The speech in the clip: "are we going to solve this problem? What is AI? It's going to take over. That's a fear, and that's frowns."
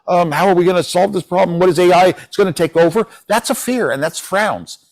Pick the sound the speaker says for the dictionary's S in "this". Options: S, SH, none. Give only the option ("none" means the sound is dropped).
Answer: S